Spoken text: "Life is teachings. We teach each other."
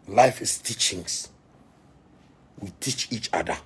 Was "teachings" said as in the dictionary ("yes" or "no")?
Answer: no